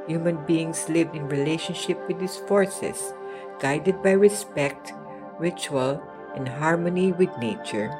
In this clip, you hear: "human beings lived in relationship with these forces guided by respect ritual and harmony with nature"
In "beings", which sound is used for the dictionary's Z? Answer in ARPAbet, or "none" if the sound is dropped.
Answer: S